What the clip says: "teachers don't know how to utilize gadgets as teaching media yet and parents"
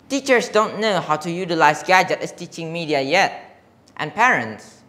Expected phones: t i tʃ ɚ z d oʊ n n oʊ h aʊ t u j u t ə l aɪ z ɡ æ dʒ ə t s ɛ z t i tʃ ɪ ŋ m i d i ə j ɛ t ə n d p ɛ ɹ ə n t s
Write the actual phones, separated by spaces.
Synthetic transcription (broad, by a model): t i tʃ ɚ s d oʊ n n oʊ h aʊ t u j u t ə l aɪ s ɡ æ dʒ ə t ɛ s t i tʃ ɪ ŋ m i d i ə j ɛ t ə n p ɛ ɹ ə n t s